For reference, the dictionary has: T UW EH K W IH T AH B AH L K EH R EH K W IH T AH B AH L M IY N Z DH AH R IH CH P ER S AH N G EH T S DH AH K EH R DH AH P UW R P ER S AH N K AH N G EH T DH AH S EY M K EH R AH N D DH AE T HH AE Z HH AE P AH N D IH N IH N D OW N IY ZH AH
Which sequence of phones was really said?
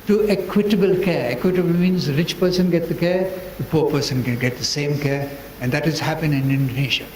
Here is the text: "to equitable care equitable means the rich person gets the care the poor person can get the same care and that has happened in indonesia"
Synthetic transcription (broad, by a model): T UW EH K W IH T AH B AH L K EH R EH K W IH T AH B AH L M IY N Z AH R IH CH P ER S AH N G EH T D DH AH K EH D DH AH P UW R P ER S AH N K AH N G EH T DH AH S EY M K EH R AH N D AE T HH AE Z HH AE P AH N IH N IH N D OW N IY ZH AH